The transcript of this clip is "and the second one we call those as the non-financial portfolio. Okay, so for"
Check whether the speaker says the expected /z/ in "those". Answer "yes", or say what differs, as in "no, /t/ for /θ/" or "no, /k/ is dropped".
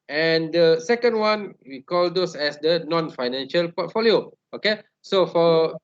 no, /s/ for /z/